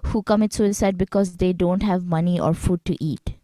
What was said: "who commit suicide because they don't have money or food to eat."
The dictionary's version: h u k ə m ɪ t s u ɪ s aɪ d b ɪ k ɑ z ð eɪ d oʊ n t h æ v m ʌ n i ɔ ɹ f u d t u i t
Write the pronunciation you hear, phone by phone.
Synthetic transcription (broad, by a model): h u k ə m ɪ t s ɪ s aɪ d b ɪ k ɑ z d eɪ d oʊ n t h æ v m ʌ n i ɔ ɹ f u d t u i t